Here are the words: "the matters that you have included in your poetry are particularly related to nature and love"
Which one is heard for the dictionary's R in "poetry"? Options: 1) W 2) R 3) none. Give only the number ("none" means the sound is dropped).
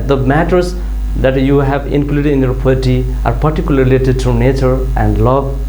3